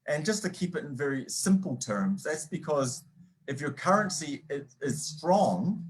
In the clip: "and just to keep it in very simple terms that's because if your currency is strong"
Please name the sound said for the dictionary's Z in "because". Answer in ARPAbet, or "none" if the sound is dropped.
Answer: Z